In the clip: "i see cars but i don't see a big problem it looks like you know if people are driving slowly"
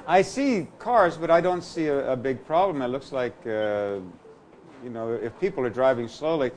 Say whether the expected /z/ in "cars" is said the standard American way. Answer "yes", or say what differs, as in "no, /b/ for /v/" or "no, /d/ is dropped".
yes